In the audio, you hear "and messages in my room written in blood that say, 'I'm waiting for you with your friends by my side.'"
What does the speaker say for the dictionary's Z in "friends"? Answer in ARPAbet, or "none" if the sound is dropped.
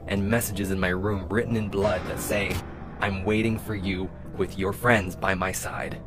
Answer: Z